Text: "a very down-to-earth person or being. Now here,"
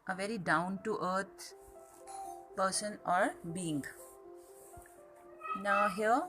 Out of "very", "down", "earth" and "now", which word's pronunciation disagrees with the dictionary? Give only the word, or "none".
earth